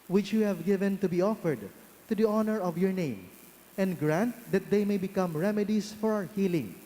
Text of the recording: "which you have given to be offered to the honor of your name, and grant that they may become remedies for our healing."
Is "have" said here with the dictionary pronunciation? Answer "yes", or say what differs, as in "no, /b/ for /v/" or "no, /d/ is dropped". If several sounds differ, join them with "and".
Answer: yes